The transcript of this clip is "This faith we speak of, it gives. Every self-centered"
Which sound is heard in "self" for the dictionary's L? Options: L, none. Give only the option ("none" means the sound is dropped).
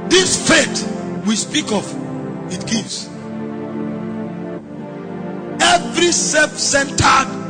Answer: none